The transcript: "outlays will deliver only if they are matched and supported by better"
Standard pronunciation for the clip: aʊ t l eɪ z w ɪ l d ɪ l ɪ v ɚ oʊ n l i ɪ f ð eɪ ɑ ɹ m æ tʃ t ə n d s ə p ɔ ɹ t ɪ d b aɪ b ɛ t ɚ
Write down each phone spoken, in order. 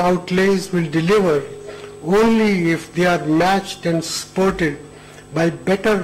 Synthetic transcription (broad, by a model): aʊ t l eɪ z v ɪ l d ɪ l ɪ v ɚ oʊ n l i ɪ f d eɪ ɑ ɹ m æ tʃ t ə n d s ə p ɔ ɹ t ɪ d b aɪ b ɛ t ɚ